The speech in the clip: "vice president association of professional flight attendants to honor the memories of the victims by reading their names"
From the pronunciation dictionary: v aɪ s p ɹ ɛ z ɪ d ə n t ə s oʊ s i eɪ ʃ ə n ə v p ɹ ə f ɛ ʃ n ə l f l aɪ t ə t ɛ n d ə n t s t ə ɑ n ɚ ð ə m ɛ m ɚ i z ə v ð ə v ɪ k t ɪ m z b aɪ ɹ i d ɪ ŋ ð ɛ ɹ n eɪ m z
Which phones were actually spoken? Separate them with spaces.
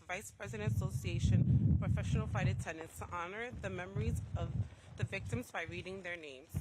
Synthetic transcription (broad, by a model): v aɪ s p ɹ ɛ z ɪ d ə n t ə s oʊ s i eɪ ʃ ə n p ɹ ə f ɛ ʃ n l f aɪ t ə t ɛ n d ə n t s t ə ɑ n ɚ ð ə m ɛ m ɚ i z ə v ð ə v ɪ k t ɪ m z b aɪ ɹ i d ɪ ŋ ð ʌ ɹ n eɪ m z